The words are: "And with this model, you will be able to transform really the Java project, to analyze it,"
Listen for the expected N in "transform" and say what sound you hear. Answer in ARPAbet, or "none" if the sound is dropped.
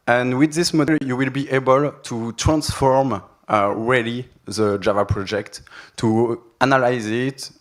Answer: N